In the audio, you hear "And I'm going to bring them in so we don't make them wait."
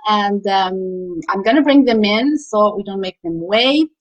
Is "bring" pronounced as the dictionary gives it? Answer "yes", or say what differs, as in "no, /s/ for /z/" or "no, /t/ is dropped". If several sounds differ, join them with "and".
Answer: yes